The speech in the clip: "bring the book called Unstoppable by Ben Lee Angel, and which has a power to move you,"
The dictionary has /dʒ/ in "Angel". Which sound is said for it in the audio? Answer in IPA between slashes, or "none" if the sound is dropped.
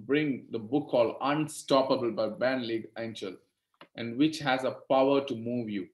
/tʃ/